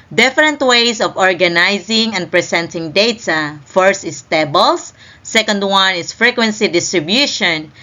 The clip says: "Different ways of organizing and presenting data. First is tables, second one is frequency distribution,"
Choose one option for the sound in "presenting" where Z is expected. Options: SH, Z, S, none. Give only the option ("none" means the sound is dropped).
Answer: S